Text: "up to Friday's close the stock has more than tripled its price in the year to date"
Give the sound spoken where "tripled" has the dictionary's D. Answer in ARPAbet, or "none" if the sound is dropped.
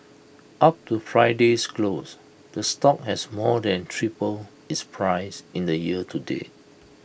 none